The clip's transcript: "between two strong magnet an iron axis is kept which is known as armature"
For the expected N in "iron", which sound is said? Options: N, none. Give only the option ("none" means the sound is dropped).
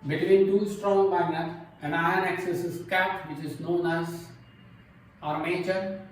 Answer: none